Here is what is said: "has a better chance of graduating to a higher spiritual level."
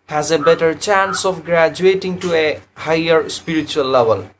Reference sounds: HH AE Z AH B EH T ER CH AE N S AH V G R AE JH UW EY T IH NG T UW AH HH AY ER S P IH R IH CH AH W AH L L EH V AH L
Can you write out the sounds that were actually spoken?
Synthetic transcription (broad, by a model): HH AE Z AH B EH T ER CH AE N S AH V G R AE JH UW EY T IH NG T UW AH HH AY ER S P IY R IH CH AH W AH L L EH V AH L